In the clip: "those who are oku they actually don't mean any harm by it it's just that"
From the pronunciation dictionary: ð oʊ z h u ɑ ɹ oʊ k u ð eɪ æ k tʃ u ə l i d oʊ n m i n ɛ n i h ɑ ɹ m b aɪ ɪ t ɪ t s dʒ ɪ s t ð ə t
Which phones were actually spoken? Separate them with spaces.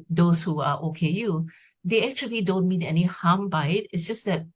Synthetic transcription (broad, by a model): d oʊ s h u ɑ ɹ oʊ k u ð eɪ æ k tʃ u ə l i d oʊ n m i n ɛ n i h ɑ m b aɪ ɪ t ɪ t s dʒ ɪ s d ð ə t